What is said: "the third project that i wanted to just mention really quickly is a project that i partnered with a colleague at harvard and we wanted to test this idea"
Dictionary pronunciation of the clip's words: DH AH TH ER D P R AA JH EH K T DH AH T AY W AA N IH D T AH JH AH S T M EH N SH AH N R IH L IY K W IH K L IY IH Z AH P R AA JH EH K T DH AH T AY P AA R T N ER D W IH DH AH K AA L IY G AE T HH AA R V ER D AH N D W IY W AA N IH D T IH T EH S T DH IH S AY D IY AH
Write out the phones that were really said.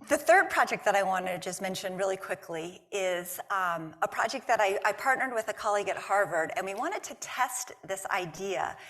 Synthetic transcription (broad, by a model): DH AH TH ER D P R AA JH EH K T DH AH T AY W AA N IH JH AH S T M EH N SH AH N R IH L IY K W IH K L IY IH Z AH P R AA JH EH K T DH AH T AY P AA R T N ER D W IH DH AH K AA L IY G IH T HH AA R V ER D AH N W IY W AA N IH D T IH T EH S T DH IH S AY D IY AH